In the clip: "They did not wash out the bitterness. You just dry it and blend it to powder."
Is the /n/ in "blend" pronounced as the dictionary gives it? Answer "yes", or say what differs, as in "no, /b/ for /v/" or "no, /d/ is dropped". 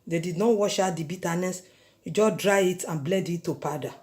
no, /n/ is dropped